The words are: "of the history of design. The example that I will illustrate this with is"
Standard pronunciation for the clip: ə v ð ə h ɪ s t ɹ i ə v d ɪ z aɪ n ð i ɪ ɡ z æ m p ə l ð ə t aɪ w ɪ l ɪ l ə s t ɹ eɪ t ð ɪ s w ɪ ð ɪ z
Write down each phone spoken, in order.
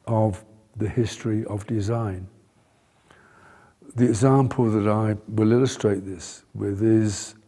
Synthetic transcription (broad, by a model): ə v ð ə h ɪ s t ɹ i ə v d ɪ z aɪ n ð i ɪ ɡ z æ m p ə l ð ə t aɪ w ɪ l ɪ l ə s t ɹ eɪ t ð ɪ s w ɪ ð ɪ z